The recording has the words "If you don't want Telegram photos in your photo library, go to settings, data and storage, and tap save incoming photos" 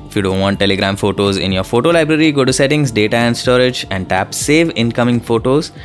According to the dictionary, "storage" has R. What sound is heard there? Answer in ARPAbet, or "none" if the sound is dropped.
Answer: R